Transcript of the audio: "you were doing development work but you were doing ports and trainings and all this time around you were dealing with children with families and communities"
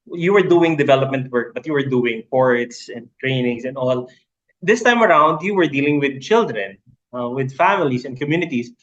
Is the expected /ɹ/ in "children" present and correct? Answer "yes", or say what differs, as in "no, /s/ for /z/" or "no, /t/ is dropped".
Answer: yes